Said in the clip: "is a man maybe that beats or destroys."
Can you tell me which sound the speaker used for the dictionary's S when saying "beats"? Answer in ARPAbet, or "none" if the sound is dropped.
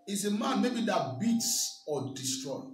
S